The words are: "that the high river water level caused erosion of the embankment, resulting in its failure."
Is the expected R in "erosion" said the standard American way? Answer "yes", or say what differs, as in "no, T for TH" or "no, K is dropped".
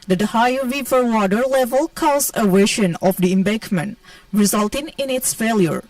no, W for R